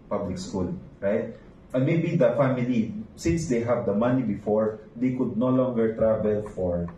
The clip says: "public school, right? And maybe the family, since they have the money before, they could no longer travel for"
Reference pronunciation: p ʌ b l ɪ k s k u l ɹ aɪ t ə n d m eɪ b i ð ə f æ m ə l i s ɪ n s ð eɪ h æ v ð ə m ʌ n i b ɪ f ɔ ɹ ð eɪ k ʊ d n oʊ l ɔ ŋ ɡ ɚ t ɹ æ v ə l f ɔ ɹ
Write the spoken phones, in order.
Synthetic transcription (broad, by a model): p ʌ b l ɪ k s k u l ɹ aɪ t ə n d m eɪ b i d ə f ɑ m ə l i s ɪ n s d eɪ h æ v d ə m ʌ n i b ɪ f ɔ ɹ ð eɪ k ʊ d n oʊ l ɔ ŋ ɡ ɚ t ɹ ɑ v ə l f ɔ ɹ